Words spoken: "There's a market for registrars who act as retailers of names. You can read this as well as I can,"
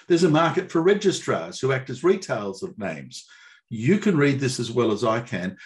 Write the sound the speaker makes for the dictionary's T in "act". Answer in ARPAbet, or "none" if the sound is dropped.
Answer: T